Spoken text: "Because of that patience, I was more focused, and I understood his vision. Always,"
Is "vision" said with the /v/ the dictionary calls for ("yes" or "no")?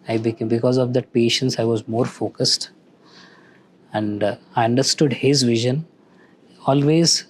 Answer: yes